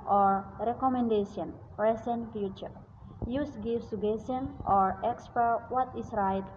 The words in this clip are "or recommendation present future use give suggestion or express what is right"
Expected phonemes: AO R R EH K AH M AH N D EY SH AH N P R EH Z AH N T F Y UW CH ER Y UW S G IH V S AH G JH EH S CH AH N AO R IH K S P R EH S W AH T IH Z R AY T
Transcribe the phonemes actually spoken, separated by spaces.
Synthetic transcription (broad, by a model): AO R R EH K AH M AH N D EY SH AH N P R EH S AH N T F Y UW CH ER Y UW S G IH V S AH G EH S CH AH N AO R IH K S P EH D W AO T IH S R AY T